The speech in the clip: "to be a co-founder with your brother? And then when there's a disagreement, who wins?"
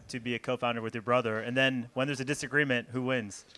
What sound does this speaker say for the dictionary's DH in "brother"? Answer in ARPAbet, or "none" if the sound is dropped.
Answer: DH